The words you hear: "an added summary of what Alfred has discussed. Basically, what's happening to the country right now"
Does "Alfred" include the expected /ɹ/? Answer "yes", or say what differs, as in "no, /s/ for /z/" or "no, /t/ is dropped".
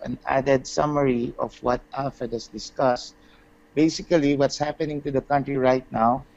no, /ɹ/ is dropped